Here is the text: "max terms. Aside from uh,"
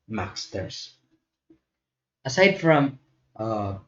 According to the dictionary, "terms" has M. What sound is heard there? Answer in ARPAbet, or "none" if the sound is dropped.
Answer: none